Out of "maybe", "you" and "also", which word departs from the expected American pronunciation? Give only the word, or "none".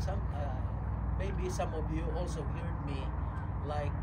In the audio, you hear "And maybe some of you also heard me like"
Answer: none